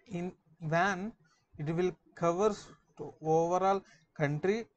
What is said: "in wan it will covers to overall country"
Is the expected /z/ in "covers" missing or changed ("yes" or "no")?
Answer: yes